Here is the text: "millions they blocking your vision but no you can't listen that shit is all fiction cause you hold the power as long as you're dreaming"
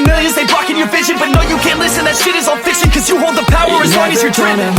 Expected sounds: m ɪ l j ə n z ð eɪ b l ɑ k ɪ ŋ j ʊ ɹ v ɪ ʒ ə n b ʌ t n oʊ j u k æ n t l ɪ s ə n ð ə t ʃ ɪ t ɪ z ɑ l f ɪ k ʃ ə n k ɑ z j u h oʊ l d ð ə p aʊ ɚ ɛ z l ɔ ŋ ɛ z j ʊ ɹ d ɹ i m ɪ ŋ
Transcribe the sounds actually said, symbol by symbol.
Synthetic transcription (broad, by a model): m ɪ l j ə n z ð eɪ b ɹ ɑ k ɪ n j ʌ ɹ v ɪ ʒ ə n b ʌ t n oʊ j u k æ n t l ɪ s ə n ð ə t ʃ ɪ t ɪ z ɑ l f ɪ k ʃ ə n k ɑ z j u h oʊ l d ð ə p aʊ ɚ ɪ z w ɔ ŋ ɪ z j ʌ ɹ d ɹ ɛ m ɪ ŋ